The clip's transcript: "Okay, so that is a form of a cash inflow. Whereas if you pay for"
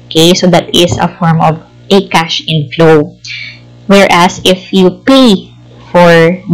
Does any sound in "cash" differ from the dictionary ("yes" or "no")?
no